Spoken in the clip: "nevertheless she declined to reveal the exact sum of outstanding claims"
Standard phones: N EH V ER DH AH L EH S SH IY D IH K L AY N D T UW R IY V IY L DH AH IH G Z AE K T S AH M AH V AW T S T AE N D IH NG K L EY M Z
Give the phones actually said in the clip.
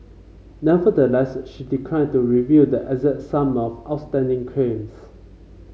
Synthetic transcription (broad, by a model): N EH V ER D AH L EH S SH IY D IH K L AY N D T UW R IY V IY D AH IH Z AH T S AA M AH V AW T S T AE N D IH NG K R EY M S